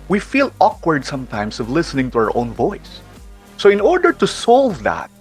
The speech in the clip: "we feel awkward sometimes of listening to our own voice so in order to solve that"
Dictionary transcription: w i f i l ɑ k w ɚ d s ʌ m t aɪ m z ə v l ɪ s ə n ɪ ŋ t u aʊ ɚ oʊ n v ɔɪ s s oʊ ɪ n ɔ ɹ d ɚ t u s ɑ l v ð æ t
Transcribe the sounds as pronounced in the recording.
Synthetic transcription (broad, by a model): w i f i l ɑ k w ɚ d s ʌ m t aɪ m s ə v l ɪ s ə n ɪ ŋ t u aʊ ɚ oʊ n v ɔɪ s s oʊ ɪ n ɔ ɹ d ɚ t u s ɑ l v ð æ t